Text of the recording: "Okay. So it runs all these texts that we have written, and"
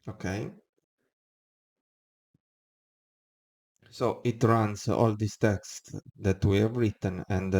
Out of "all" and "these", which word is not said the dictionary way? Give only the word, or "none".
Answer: these